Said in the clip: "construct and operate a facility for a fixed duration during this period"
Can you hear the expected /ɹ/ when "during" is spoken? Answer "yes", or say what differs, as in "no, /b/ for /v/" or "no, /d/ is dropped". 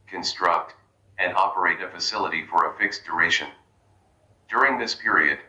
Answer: yes